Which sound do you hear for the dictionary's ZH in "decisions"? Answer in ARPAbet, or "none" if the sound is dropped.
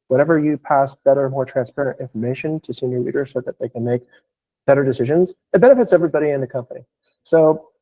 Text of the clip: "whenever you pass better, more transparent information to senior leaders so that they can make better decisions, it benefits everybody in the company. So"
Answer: ZH